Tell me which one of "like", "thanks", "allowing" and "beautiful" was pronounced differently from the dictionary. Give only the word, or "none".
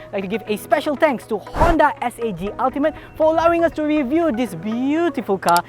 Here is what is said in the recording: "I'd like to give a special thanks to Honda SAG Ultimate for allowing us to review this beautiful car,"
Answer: thanks